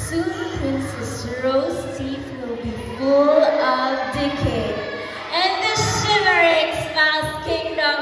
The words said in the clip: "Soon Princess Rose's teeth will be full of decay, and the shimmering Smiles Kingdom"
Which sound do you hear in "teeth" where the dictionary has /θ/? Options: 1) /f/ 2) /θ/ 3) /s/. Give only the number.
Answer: 1